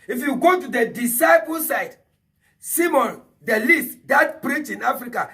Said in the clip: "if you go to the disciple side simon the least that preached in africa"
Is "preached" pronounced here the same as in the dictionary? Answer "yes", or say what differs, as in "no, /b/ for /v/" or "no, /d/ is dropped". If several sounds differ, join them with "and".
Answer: no, /t/ is dropped